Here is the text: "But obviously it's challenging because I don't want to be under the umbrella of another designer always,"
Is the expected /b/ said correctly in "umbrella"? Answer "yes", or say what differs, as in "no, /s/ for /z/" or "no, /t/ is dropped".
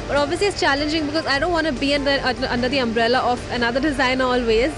yes